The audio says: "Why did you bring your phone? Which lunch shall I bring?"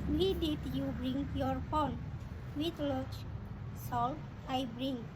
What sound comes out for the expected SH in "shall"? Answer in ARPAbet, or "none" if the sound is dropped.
S